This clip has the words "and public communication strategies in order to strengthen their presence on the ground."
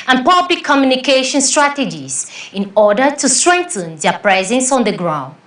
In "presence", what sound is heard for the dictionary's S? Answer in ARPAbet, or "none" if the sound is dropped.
S